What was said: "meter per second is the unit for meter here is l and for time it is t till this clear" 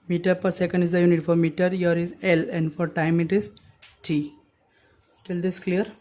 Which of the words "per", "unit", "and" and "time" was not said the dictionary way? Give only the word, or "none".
none